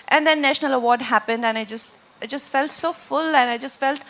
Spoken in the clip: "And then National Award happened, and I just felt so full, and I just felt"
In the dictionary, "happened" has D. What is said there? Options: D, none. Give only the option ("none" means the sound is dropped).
D